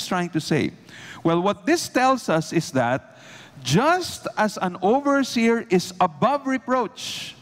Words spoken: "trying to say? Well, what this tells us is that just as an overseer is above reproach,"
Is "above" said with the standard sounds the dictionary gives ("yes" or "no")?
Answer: yes